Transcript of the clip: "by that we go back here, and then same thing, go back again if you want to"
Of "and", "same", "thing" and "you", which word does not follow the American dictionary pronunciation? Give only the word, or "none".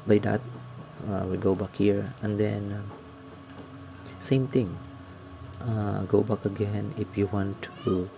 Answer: thing